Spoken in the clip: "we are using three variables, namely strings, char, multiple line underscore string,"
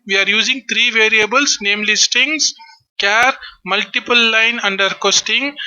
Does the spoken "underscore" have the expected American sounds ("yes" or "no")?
no